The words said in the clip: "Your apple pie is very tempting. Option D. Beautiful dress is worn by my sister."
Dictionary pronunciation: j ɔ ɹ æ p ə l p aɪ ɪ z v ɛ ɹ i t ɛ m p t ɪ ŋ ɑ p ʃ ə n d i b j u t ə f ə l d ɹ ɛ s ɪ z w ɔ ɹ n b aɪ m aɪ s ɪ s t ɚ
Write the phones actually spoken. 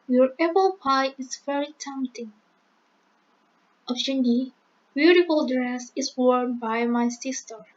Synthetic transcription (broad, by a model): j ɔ ɹ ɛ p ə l p aɪ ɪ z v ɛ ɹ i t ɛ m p t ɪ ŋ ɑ f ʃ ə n d i b j u t ə f ə l d ɹ ɛ s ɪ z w ɔ ɹ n b aɪ m aɪ s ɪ s t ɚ